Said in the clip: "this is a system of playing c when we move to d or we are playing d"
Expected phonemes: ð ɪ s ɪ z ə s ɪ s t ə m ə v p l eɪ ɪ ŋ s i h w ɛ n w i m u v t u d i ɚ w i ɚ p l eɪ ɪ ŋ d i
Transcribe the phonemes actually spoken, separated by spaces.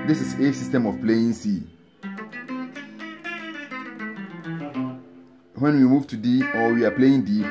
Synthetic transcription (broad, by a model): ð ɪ s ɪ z ə s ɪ s t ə m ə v p l eɪ ɪ ŋ s i h w ɛ n w i m u v t u d i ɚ w i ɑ p l eɪ ɪ ŋ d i